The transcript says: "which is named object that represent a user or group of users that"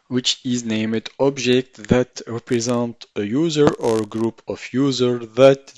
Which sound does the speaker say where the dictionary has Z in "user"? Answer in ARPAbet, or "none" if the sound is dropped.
Z